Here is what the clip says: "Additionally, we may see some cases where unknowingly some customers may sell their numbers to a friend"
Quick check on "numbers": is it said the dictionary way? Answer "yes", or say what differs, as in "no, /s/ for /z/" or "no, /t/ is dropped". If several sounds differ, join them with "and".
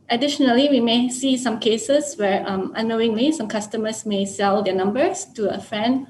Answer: no, /s/ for /z/